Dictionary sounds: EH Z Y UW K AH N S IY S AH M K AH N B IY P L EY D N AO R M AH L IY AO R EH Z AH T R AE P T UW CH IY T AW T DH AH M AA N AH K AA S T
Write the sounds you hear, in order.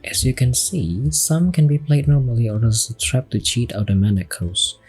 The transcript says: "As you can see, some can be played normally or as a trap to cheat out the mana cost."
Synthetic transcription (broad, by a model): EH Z Y UW K AH N S IY S AH M K AH N B IY P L EY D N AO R M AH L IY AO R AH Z AH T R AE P T UW CH IY T AW T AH M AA N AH K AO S